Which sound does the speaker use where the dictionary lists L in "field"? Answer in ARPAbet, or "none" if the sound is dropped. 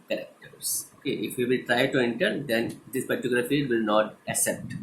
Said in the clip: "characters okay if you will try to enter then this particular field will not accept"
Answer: none